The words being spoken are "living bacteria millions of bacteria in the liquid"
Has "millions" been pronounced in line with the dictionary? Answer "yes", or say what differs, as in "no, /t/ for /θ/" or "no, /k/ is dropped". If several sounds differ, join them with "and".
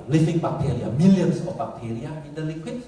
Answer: no, /s/ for /z/